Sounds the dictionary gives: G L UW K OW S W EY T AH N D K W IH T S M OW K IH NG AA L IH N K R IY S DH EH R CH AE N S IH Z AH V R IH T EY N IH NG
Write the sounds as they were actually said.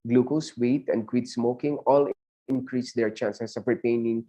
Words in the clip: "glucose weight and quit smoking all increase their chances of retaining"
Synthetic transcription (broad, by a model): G L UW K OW S W EY T AH N D K W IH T S M OW K IH NG AA L IH N K R IY S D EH R CH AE N S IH S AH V R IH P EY N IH NG